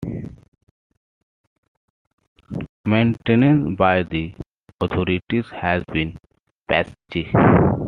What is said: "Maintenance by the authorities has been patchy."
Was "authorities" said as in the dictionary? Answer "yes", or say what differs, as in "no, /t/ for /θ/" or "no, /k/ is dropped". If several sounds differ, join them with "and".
no, /t/ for /θ/